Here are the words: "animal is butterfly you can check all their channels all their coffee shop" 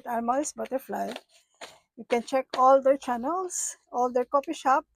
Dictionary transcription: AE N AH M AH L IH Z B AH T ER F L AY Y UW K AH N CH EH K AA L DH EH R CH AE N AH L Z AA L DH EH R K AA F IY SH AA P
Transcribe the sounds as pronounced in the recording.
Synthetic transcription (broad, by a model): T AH M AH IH S B AH T ER F L AY Y UW K AH N CH EH K AA L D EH R CH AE N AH L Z AA L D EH R K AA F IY SH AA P